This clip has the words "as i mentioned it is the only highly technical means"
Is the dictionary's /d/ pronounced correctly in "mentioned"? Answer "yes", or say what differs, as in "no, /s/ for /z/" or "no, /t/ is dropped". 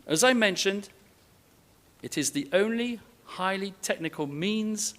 yes